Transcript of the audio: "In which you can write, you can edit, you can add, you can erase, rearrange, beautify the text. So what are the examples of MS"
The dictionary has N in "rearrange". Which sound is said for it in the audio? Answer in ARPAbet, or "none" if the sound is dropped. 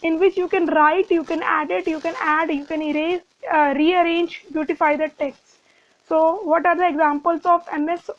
N